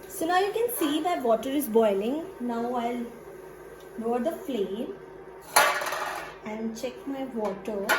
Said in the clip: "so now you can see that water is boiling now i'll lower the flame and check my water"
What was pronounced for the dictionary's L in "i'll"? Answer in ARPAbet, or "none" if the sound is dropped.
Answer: L